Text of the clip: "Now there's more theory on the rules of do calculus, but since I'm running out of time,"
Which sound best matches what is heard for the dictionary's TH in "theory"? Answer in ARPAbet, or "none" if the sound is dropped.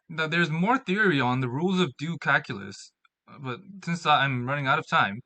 TH